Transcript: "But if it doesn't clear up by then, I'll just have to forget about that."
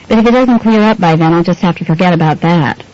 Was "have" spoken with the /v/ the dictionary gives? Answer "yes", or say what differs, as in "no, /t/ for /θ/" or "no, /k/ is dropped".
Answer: no, /f/ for /v/